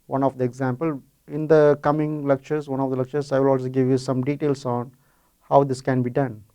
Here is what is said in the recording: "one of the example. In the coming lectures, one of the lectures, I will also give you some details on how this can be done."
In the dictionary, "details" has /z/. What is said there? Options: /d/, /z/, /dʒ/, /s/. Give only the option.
/s/